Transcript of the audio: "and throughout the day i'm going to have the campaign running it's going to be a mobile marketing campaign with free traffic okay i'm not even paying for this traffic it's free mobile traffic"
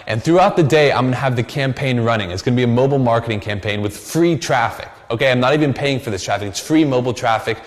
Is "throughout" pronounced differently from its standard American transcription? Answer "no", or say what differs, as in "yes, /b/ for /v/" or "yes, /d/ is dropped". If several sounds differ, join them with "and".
no